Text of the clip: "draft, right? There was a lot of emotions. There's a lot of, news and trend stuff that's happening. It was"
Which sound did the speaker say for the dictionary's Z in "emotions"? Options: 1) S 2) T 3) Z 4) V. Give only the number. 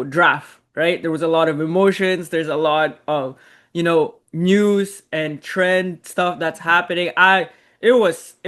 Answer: 3